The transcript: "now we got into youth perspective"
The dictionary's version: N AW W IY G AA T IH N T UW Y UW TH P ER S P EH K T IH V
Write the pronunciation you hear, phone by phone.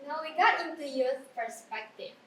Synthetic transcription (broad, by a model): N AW W IY G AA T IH T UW Y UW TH P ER S P EH K T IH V